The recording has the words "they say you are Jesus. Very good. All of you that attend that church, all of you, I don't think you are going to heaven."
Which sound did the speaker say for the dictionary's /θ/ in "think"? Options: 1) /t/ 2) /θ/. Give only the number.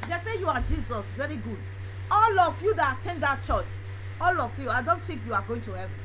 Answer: 1